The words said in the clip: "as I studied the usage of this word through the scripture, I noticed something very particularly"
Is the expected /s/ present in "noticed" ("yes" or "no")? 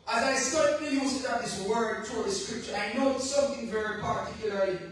no